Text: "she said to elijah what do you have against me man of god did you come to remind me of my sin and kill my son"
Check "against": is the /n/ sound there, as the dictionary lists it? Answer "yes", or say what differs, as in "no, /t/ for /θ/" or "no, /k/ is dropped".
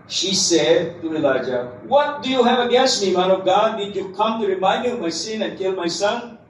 no, /n/ is dropped